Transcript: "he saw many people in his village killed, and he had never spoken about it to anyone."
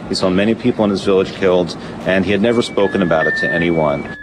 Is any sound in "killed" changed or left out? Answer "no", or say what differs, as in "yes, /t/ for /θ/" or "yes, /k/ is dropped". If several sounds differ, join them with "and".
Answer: no